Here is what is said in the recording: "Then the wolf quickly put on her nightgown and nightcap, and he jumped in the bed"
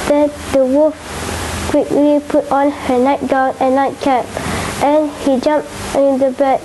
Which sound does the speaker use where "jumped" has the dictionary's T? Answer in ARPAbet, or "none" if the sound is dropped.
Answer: none